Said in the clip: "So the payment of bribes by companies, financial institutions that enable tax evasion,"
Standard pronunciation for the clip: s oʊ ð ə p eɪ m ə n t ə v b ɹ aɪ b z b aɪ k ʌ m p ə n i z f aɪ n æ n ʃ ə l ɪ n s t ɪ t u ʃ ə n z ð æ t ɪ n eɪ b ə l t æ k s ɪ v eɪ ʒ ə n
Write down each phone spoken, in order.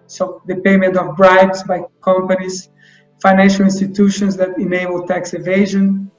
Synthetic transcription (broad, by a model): s oʊ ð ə p eɪ m ə n t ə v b ɹ aɪ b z b aɪ k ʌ m p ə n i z f aɪ n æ n ʃ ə l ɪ n s t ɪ t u ʃ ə n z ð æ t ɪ n eɪ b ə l t æ k s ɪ v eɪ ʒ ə n